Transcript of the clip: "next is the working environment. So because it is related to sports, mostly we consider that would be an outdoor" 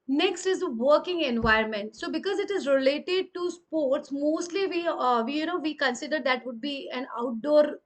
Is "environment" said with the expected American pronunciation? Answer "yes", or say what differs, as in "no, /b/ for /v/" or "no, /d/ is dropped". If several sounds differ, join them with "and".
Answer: no, /ɹ/ is dropped